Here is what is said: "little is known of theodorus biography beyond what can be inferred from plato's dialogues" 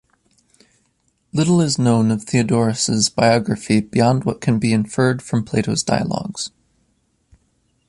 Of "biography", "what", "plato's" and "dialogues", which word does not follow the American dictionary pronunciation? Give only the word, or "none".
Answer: none